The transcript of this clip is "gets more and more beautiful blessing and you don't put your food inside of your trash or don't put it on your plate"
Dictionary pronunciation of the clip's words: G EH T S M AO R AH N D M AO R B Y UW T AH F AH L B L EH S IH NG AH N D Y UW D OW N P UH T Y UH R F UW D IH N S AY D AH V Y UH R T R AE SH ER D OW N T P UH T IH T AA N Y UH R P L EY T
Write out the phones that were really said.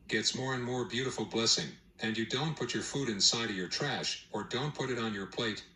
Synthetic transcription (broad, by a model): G EH T S M AO R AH N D M AO R B Y UW T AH F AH L B L EH S IH NG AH N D Y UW D OW N P UH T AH R F UW D IH N S AY D AH V Y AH R T R AE SH ER D OW N T P UH T IH T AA N Y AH R P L EY T